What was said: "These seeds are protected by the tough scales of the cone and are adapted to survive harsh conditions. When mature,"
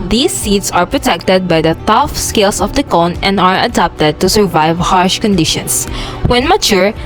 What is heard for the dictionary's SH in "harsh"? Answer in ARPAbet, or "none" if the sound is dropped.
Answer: SH